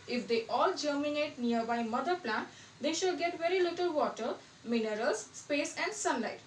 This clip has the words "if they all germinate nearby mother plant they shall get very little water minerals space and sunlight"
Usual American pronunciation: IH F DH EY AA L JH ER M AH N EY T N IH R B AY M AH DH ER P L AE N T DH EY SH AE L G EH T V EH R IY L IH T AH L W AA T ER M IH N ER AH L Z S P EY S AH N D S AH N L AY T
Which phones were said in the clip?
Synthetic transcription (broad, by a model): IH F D EY AA L JH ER M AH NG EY T N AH R B AY M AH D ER P L AE N T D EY SH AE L G EH T V EH R IY L IH T AH L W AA T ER M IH N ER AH L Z S P EY S AH N D S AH N L AY T